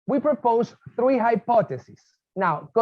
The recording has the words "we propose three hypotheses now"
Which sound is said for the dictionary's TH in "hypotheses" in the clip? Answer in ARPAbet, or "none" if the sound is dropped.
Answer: T